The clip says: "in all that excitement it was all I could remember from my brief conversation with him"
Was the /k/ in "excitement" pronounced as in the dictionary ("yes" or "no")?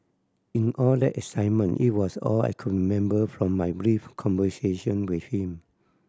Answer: no